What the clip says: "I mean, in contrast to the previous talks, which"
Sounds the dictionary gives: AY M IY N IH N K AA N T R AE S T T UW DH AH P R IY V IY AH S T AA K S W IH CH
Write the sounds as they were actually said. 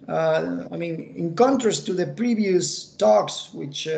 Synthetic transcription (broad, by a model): AY M IY N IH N K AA N T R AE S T T UW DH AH P R IY V IY AH S T AA K S W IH CH